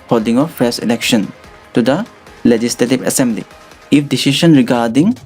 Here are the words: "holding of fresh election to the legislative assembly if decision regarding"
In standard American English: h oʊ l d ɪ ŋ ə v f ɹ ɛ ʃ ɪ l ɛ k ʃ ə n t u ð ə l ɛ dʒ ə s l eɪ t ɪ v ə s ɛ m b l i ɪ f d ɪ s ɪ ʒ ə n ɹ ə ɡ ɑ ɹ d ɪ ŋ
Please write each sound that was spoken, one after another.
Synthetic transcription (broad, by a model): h oʊ l d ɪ ŋ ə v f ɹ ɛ s ɪ l ɛ k ʃ ə n t u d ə l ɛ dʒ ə s l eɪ t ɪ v ə s ɛ m b l i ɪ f d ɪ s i ʃ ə n ɹ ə ɡ ɑ ɹ d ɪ ŋ